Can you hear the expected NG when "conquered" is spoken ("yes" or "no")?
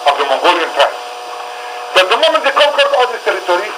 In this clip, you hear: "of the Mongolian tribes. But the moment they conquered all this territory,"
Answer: no